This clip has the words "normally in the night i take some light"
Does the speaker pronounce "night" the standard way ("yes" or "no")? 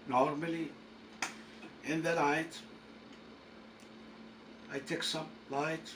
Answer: no